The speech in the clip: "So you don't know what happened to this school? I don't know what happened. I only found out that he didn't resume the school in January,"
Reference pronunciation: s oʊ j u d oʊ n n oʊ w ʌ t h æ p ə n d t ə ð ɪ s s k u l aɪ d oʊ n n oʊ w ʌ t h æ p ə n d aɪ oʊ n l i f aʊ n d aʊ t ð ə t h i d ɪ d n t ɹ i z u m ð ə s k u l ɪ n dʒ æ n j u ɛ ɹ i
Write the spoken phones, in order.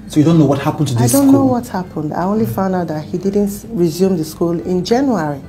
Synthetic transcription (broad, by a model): s oʊ j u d oʊ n n oʊ w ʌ t h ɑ p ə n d t ə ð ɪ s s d oʊ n n oʊ w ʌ t h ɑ p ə n d aɪ oʊ n l i f aʊ n d aʊ t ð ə t h i d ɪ d n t ɹ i z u m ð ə s k u l ɪ n dʒ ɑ n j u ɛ ɹ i